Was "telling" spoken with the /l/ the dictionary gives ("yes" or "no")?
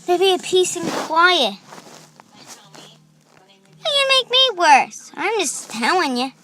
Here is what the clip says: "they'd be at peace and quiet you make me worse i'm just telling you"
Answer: no